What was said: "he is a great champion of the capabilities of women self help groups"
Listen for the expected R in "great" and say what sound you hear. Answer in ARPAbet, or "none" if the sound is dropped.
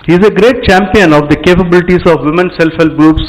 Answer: R